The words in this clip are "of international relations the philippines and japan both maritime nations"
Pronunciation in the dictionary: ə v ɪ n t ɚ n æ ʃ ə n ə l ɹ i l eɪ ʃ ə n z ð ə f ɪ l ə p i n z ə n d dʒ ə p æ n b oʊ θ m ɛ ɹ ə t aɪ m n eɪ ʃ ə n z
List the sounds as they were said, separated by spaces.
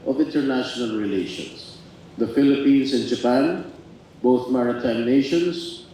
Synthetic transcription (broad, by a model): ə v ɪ n t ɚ n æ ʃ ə n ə l ɹ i l eɪ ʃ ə n s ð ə f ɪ l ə p i n s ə n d dʒ ə p æ n b oʊ θ m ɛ ɹ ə t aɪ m n eɪ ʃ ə n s